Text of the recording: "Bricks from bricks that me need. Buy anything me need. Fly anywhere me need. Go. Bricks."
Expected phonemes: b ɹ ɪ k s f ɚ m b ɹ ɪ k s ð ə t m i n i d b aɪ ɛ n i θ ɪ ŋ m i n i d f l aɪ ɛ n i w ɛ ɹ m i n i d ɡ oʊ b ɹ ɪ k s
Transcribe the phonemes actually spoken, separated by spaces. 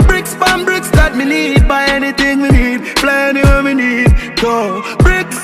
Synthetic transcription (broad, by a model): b ɹ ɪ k s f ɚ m b ɹ ɪ k s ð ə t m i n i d b aɪ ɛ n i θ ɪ ŋ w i n i d p l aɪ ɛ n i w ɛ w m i n i d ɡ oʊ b ɹ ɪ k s